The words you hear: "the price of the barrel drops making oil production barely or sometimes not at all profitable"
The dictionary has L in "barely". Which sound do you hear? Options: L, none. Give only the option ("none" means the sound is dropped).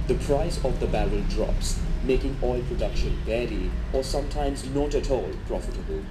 none